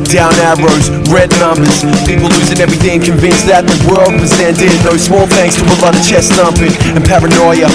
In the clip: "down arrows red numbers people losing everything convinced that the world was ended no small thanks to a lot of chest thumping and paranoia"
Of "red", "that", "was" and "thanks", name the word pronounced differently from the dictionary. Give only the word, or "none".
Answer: none